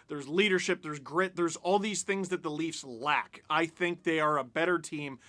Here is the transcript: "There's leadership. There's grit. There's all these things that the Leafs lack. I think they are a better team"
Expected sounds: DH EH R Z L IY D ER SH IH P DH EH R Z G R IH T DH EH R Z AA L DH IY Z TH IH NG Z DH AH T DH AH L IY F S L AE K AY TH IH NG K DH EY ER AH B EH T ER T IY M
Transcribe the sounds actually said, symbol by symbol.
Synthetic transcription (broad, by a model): DH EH R Z L IY D ER SH IH P DH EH R Z G R IH T DH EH R Z AA L DH IY Z TH IH NG Z DH AH T DH AH L IY F S L AE K AY TH IH NG K DH EY ER AH B EH T ER T IY M